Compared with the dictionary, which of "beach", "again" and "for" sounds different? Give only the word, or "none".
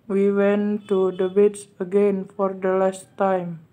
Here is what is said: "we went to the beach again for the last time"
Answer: beach